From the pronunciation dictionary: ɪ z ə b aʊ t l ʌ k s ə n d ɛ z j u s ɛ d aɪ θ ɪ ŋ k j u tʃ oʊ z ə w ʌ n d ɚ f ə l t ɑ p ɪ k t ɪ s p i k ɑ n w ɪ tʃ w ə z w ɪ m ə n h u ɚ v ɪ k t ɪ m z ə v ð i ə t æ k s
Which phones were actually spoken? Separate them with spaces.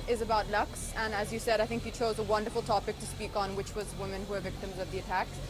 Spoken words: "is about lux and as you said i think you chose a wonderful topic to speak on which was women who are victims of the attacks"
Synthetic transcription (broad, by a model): ɪ z ə b aʊ t l ʌ k s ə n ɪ z j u s ɛ d aɪ θ ɪ ŋ k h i tʃ oʊ z ə w ʌ n d ɚ f l t ɑ p ɪ k t ɪ s p i k n w ɪ tʃ w ə z w ɪ m ə n h u ɚ v ɪ k t ɪ m z ə v ð i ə t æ k